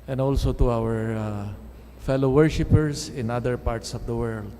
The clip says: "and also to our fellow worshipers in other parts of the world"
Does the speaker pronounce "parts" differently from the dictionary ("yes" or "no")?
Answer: no